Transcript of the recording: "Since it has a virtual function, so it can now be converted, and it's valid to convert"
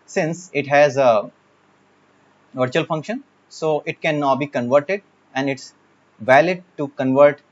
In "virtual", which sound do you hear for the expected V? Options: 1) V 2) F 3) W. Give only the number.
1